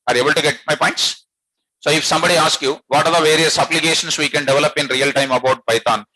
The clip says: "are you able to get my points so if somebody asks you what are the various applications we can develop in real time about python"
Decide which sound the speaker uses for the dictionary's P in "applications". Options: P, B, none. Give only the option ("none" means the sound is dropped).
B